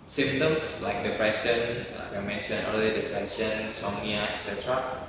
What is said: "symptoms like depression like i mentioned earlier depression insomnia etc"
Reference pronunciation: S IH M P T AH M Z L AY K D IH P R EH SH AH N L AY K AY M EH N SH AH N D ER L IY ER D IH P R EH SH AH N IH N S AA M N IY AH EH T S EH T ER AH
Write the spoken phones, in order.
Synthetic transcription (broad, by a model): S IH M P T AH M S L AY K D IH P R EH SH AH N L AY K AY M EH N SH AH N ER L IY D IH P R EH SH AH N N S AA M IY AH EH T S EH T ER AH